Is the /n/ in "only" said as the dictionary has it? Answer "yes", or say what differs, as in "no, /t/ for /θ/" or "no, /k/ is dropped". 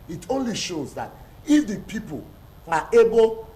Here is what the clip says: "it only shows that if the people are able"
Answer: yes